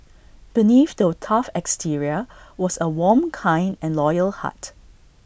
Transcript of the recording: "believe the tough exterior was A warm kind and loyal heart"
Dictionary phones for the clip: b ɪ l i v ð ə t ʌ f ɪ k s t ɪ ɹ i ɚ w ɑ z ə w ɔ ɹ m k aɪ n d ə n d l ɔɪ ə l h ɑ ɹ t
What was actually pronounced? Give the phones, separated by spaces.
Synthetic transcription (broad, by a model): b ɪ n i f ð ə t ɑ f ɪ k s t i ɹ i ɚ w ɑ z ə w ɔ m k aɪ n d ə n l ɔɪ ə l h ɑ t